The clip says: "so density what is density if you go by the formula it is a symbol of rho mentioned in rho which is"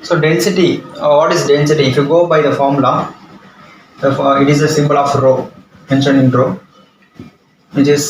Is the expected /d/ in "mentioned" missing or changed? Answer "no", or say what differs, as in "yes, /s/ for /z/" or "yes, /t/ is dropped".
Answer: yes, /d/ is dropped